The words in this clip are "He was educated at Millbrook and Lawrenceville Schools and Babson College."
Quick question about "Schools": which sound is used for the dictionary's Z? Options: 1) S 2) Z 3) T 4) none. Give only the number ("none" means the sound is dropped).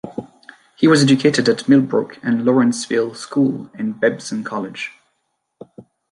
4